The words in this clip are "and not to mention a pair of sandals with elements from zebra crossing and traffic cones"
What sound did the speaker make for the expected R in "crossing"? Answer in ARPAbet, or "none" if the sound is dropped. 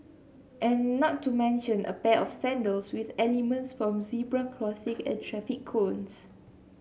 L